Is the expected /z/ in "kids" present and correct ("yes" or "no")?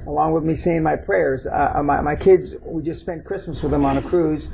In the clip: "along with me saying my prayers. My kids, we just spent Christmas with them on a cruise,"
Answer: yes